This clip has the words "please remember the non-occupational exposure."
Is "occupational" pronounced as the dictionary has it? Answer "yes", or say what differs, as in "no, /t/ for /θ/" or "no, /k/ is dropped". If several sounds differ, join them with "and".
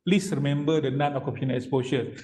no, /ʃ/ is dropped